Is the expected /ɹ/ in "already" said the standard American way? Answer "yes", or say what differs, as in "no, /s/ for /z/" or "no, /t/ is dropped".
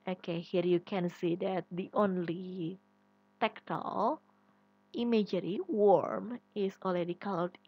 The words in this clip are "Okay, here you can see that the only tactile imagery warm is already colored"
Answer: no, /l/ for /ɹ/